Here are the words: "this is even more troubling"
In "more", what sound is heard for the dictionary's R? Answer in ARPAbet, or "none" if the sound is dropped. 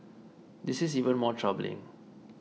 R